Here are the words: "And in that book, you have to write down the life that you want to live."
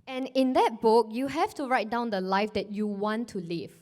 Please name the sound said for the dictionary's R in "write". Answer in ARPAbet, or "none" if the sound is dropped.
R